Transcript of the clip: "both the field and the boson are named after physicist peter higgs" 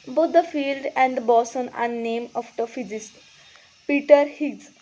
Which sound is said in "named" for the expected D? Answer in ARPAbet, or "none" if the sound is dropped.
none